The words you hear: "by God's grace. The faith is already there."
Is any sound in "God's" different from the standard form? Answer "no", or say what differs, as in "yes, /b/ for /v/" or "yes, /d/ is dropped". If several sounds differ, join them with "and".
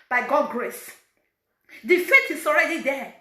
yes, /z/ is dropped